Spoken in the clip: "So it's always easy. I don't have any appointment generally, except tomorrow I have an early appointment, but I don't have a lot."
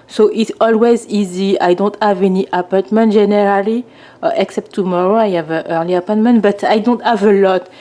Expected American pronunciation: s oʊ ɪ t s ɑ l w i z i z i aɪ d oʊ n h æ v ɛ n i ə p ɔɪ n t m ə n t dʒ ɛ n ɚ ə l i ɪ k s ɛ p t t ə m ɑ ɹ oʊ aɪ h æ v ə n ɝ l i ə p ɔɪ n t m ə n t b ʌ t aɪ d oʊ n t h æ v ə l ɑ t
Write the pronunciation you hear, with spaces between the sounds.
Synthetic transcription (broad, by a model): s oʊ ɪ t s ɑ l w i z i z i aɪ d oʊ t h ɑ v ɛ n i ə p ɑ t m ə n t ʒ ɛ n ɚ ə l i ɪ k s ɛ p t t ə m ɑ ɹ oʊ aɪ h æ v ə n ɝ l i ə p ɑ t m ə n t b ʌ t aɪ d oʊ n t h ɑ v ə l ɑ t